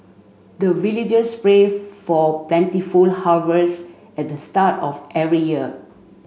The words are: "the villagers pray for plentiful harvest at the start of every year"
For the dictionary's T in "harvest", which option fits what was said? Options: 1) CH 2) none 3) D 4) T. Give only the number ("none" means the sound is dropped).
2